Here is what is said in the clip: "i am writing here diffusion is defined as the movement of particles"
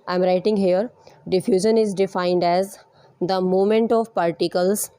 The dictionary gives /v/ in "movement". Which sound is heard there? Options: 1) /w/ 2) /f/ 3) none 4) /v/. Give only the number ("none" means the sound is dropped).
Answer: 3